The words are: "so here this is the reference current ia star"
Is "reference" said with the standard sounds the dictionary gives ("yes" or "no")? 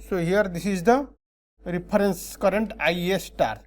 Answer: no